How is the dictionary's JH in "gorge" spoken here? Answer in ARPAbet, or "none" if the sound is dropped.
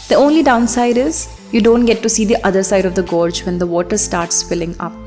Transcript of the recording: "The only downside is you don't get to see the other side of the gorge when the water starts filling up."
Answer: JH